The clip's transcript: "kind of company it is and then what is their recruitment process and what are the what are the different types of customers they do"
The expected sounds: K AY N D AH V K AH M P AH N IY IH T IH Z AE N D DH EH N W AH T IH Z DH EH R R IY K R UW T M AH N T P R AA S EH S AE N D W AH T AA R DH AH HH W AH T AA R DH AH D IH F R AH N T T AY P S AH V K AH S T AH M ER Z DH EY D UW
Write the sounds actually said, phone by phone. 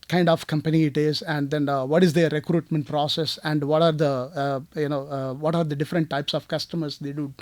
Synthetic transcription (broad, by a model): K AY N D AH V K AH M P AH N IY IH T IH Z AE N D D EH N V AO T IH Z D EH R R IY K R UW T M AH N T P R AA S EH S AE N D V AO T AA R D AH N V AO T AA R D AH D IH F R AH N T T AY P S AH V K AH S T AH M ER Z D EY D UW